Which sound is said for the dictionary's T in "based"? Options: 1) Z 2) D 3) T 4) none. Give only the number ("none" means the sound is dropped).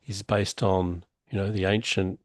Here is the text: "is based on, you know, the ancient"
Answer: 3